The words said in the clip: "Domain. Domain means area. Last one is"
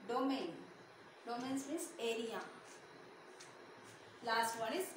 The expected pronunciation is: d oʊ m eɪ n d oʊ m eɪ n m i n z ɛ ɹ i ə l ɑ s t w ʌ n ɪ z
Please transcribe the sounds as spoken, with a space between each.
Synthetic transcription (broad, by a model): d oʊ m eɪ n d oʊ m eɪ n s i z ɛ ɹ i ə l ɑ s t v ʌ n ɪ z